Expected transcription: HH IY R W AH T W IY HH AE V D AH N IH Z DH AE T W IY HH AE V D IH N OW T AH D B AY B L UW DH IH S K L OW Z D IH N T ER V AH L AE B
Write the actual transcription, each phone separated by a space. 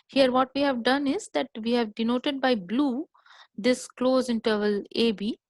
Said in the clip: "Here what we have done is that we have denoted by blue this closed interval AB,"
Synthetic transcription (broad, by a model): HH IY R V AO T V IY HH AE V D AH N IH Z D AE T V IY HH AE V D IH N OW T AH D B AY B L UW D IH S K L OW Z IH N T ER V AH L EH B